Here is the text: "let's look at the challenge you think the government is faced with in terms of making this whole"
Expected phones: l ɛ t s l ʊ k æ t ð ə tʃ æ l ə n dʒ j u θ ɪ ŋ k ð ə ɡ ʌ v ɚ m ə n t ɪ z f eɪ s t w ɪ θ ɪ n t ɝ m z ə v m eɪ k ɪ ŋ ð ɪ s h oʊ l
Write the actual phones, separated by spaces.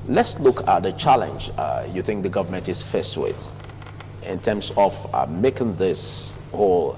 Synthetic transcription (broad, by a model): l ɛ t s l ʊ k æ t ð ə tʃ æ l ə n dʒ j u θ ɪ ŋ k ð ə ɡ ʌ v ɚ m ə n t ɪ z f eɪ s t w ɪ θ ɪ n t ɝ m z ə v m eɪ k ɪ ŋ ð ɪ s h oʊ l